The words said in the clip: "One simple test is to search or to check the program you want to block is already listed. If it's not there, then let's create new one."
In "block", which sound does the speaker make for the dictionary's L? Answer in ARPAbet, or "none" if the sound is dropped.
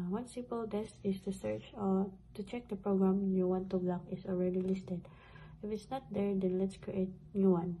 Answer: L